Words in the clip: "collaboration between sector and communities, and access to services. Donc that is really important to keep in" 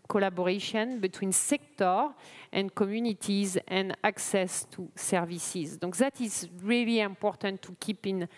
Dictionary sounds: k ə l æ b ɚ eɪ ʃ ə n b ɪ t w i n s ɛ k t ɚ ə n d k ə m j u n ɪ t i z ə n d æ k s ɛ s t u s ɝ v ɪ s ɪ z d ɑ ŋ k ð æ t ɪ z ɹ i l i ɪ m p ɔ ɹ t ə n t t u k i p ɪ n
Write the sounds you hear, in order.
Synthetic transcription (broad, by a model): k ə l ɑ b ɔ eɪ ʃ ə n b ɪ t w i n s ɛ k t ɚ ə n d k ə m j u n ɪ t i z ə n d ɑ k s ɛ s t u s ɝ v ɪ s ɪ z d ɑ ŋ k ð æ t ɪ z ɹ i l i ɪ m p ɔ ɹ t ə n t t u k i p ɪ n